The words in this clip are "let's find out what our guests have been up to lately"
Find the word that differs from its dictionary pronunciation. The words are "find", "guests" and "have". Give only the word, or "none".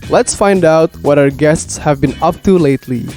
none